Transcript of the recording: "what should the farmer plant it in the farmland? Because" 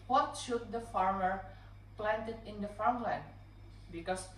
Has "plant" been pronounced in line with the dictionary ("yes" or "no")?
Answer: yes